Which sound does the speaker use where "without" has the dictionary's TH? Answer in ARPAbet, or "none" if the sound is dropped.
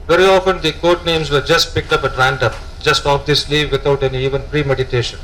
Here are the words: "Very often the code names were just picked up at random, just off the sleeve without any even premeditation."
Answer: T